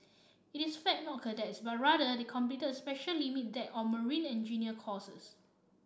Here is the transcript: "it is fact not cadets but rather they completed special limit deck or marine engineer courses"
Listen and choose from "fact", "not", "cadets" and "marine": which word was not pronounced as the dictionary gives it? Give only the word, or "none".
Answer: fact